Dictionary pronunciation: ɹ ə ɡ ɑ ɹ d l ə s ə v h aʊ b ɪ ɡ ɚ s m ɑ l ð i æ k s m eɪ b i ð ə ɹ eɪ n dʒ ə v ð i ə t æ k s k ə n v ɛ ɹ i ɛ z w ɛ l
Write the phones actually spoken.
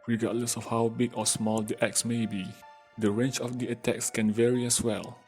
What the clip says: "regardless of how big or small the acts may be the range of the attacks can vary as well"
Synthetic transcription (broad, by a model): ɹ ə ɡ ɑ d l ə s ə f h aʊ b ɪ ɡ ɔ s m ɑ l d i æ k s m eɪ b i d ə ɹ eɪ n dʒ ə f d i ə t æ k s k ə n v ɛ ɹ i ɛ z w ɛ l